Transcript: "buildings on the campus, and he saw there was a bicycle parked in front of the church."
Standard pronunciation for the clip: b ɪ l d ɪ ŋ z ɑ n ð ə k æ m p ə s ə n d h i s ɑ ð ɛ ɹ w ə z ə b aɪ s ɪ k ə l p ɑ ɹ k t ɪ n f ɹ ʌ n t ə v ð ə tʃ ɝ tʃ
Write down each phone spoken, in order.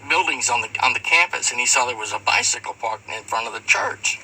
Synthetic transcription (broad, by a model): b ɪ l d ɪ ŋ z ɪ n ð ə k æ m p ə s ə n i s ɑ ð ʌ ɹ w ə z ə b aɪ s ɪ k l p ɑ ɹ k ɪ n f ɹ ʌ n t ə v ð ə tʃ ɝ tʃ